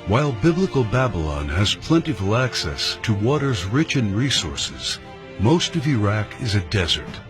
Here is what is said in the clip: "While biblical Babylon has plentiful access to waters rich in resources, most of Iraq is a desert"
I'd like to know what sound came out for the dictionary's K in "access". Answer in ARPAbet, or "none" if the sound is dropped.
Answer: K